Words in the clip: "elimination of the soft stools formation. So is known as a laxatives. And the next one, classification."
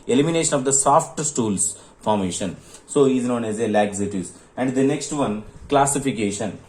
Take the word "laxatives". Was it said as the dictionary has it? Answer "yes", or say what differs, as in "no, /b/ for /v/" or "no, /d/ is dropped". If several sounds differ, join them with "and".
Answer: no, /v/ is dropped